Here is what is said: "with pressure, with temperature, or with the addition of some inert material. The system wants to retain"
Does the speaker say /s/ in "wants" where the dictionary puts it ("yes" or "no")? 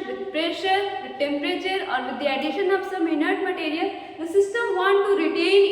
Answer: no